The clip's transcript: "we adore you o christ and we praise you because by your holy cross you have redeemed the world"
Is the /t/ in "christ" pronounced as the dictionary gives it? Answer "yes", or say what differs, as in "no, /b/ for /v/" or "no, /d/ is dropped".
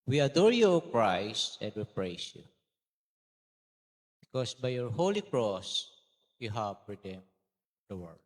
yes